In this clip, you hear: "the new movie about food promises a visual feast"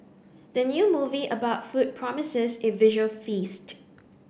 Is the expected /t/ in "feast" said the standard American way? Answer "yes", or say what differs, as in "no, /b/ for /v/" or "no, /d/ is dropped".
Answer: yes